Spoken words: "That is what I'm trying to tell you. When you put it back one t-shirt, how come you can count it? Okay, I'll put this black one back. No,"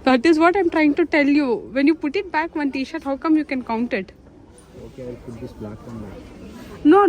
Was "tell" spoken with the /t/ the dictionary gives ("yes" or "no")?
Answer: yes